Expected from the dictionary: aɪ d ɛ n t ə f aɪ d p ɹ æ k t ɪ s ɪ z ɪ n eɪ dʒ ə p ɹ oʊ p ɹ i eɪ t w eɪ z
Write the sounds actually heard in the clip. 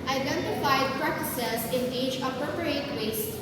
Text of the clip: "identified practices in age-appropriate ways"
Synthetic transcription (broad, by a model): aɪ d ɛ n t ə f aɪ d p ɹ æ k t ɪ s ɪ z ɪ n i tʃ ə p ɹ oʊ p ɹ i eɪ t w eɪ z